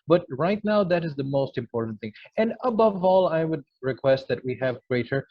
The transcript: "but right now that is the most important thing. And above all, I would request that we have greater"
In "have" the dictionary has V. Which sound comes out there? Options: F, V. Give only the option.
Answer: V